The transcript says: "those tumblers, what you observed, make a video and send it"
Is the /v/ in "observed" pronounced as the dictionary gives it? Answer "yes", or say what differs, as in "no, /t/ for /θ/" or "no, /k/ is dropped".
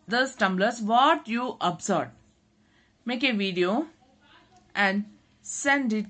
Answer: no, /v/ is dropped